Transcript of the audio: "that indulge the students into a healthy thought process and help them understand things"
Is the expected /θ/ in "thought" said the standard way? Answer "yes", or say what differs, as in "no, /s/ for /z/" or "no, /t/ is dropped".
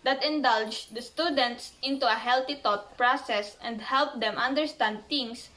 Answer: no, /t/ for /θ/